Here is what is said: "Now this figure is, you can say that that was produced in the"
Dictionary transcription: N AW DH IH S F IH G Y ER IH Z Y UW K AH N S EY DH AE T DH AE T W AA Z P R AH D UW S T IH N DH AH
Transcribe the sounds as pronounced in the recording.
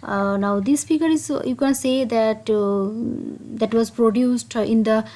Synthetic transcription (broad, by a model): N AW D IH S P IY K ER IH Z Y UW K AH N S EY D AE T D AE T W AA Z P R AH D UW S T IH N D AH